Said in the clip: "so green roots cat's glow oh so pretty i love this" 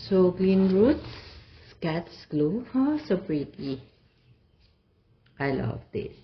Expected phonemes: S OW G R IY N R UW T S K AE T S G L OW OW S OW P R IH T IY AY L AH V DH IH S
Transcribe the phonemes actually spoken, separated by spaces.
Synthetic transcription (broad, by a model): S OW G L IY N R UW T S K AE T S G L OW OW S OW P R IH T IY AY L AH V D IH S